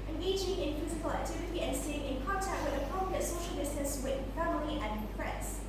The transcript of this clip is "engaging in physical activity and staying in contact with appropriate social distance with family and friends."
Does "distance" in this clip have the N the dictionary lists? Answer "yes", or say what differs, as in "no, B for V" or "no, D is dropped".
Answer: no, N is dropped